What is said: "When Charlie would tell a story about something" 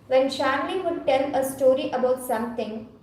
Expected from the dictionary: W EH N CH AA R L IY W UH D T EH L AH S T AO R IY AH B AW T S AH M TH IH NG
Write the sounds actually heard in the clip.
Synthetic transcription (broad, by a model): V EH N SH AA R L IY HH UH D T EH L AH S T AO R IY AH B AW T S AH M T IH NG